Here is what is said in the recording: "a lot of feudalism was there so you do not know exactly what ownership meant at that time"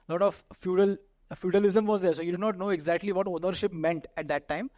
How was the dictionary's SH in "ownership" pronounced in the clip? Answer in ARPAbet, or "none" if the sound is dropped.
SH